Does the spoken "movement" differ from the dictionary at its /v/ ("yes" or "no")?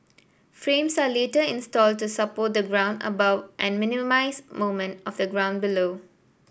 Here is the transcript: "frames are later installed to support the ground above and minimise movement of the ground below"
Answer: yes